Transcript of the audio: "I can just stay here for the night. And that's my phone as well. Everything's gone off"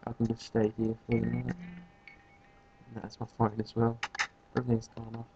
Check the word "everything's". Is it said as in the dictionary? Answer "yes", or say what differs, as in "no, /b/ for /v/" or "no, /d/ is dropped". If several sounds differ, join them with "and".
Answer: no, /v/ is dropped